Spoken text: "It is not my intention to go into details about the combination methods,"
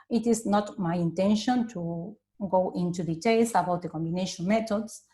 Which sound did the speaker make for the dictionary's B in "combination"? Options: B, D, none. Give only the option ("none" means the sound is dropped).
B